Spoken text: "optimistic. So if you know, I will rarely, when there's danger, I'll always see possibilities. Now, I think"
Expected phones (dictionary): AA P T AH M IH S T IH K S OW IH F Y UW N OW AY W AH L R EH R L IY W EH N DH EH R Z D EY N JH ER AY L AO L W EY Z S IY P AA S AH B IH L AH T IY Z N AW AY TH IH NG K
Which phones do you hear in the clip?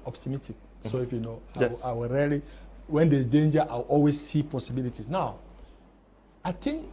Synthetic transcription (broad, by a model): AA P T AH M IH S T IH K S OW IH F Y UW N OW AY W AH L R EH L IY W EH N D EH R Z D EY N JH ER AY W AO L W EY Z S IY P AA S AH B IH L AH T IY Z N AW AY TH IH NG K